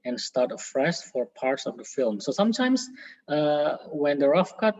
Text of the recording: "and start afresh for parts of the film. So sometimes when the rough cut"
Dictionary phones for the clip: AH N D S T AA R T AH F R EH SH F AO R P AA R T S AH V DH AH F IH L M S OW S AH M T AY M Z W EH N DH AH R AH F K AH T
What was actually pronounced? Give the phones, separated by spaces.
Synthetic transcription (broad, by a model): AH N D S T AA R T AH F R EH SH F AO R P AA R T S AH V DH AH F IH L M S OW S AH M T AY M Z W EH N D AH R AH F K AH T